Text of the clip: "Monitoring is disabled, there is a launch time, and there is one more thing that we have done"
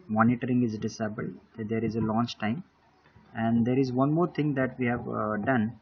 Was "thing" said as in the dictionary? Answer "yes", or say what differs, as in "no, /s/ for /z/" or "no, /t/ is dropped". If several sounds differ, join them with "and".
no, /t/ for /θ/